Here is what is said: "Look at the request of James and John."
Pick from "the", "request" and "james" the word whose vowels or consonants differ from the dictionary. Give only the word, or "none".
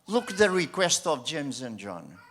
none